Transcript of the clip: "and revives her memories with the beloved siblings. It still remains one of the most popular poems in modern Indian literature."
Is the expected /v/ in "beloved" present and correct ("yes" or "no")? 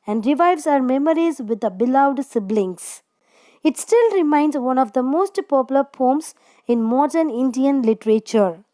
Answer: no